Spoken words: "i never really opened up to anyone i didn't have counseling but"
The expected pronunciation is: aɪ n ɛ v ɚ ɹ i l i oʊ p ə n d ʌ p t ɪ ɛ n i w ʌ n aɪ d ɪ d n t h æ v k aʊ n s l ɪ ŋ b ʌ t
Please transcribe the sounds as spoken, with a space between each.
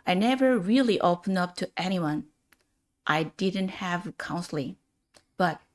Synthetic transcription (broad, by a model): aɪ n ɛ v ɚ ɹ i l i oʊ p ə n d ʌ p t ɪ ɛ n i w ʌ n aɪ d ɪ d n t h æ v k aʊ n s l ɪ ŋ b ʌ t